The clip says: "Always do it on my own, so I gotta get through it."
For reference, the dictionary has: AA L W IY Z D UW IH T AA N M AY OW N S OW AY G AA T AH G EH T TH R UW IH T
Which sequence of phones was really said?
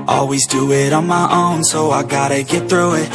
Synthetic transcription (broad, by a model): AA L W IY Z D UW IH T N M AY OW N S OW AY G AA T AH G EH T TH R UW IH T